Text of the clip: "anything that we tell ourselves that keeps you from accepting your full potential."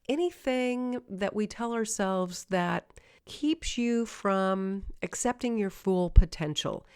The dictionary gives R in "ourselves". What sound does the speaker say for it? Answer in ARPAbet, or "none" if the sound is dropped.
R